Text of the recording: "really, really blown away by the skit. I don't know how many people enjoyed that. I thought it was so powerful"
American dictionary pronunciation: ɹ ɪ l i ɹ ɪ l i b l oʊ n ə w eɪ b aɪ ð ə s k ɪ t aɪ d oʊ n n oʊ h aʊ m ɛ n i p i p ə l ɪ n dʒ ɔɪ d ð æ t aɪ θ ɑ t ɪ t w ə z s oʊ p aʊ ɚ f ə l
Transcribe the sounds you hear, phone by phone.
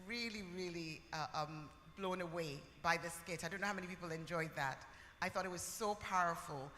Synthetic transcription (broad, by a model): ɹ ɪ l i ɹ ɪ l i b l oʊ n ə w eɪ b aɪ ð ə s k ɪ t aɪ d oʊ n n oʊ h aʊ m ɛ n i p i p l ɪ n dʒ ɔɪ d ð æ t aɪ θ ɑ t ɪ t w ə z s oʊ p aʊ ɚ f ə l